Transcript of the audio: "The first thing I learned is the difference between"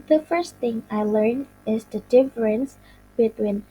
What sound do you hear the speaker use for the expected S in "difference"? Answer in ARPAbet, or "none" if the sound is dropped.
S